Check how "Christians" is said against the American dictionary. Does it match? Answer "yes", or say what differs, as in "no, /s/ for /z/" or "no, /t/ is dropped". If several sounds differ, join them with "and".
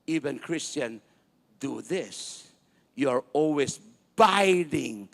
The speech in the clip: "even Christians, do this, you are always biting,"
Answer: no, /z/ is dropped